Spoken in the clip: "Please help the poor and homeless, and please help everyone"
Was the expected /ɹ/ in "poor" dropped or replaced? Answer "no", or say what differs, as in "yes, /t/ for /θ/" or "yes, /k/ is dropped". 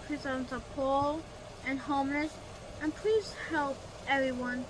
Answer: yes, /l/ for /ɹ/